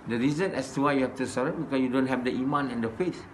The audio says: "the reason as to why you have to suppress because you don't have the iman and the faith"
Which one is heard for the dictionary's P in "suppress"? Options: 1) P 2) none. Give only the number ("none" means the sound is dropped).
2